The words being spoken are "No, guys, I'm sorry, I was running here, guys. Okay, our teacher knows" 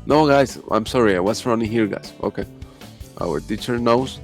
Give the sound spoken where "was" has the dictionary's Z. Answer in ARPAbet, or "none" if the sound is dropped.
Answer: S